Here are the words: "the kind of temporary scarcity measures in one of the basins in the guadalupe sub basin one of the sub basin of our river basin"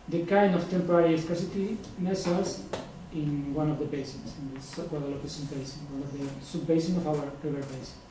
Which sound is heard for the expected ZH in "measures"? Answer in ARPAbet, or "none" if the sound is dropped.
S